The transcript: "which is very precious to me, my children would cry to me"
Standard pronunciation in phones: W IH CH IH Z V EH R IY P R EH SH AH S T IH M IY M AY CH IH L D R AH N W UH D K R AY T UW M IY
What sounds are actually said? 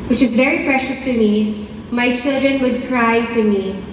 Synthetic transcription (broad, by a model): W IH CH IH Z V EH R IY P R EH SH AH S T IH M IY M AY CH IH L D R AH N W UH D K R AY T UW M IY